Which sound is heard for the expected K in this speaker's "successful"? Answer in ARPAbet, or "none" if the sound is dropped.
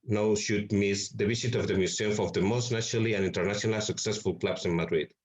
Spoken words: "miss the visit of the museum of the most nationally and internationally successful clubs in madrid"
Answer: K